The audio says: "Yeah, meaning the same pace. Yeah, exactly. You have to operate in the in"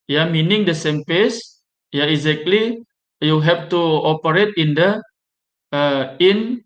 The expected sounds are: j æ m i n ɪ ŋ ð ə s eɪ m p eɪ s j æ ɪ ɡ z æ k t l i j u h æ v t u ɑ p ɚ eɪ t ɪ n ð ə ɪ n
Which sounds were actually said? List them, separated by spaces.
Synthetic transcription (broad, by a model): j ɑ m i n ɪ ŋ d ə s eɪ m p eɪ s j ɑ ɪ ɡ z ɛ k t l i j u h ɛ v t u ɑ p ɚ eɪ t ɪ n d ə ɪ n